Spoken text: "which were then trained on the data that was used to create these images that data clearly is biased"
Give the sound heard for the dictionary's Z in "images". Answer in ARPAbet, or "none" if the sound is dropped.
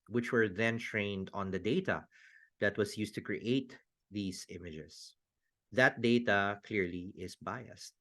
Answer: S